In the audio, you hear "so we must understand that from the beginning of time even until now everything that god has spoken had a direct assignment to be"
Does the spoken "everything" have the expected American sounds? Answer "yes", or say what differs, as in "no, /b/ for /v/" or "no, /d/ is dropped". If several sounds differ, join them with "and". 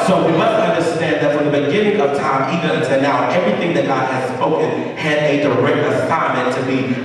yes